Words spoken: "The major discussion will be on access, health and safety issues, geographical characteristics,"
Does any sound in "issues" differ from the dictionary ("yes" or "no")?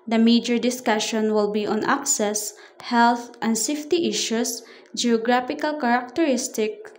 yes